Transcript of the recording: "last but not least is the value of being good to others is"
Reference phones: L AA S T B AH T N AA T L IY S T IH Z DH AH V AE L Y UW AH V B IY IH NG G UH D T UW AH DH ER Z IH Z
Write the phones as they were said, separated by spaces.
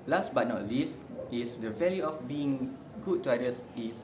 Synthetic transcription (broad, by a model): L AA S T B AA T N AA T L IY S T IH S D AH V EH L Y UW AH F B IY IH NG G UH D T UW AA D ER S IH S